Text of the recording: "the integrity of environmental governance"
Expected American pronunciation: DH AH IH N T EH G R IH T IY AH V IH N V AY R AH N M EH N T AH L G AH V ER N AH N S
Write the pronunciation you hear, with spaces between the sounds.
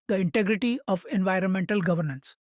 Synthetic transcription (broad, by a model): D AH IH N T EH G R IH T IY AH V IH N V AY R AH N M EH N T AH L G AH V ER N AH N S